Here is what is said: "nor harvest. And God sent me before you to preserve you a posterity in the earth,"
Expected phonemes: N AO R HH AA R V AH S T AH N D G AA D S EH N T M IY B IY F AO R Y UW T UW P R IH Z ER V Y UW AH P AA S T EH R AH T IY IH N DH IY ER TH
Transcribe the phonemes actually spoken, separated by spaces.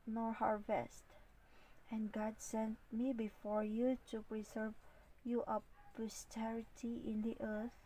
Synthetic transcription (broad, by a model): N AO R HH AA R V AH S T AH N G AA D S EH N T M IY B IY F AO R Y UW T UW P R IH Z ER V Y UW AH P AA S T EH R AH T IY IH N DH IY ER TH